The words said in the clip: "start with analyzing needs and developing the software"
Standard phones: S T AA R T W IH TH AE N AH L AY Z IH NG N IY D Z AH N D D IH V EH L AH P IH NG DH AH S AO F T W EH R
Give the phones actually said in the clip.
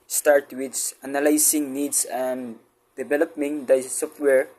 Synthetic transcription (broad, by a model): S T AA R T W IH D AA N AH L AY S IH NG N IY D S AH N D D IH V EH L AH P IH NG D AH S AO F T W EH R